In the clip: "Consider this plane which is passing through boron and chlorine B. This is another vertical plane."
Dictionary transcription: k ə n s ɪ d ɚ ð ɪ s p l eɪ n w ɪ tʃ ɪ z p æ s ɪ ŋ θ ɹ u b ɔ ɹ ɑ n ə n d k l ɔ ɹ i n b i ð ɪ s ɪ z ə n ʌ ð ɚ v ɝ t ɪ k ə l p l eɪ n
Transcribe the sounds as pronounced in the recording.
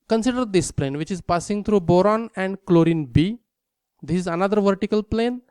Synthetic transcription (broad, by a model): k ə n s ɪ d ɚ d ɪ s p l eɪ n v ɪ tʃ ɪ z p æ s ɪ ŋ t ɹ u b ɔ ɹ ɑ n ə n d k l ɔ ɹ i n b i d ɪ s ɪ z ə n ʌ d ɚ v ɝ t ɪ k ə l p l eɪ n